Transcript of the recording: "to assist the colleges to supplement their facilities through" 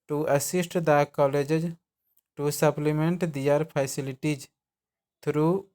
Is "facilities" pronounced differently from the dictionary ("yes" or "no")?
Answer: yes